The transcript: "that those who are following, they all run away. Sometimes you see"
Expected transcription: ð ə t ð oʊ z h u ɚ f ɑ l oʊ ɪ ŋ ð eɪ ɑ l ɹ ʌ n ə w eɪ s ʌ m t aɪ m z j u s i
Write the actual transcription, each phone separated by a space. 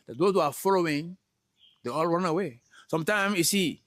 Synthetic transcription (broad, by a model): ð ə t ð oʊ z h u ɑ f ɑ l oʊ ɪ ŋ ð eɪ ɑ l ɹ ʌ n ə w eɪ s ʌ m t aɪ m j u s i